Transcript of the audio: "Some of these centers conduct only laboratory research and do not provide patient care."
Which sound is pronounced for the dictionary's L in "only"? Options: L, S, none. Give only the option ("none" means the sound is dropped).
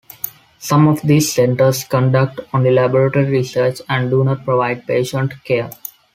none